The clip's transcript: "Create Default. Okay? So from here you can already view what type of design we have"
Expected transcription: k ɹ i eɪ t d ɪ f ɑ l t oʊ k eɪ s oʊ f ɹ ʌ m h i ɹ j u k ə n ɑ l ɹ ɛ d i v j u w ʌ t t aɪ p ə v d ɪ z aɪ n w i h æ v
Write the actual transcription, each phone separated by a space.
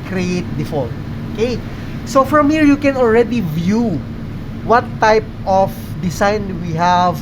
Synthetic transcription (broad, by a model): k ɹ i eɪ t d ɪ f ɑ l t oʊ k eɪ s oʊ f ɹ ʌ m h i ɹ j u k ə n ɑ l ɹ ɛ d i v j u w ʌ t t aɪ p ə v d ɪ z aɪ n w i h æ v